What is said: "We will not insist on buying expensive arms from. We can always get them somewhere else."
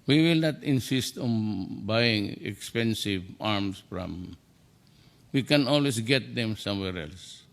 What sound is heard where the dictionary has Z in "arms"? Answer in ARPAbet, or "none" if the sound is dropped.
S